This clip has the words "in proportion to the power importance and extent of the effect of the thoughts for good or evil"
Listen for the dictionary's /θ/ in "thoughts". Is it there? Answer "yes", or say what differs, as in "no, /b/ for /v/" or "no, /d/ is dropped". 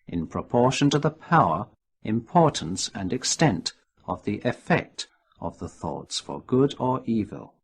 yes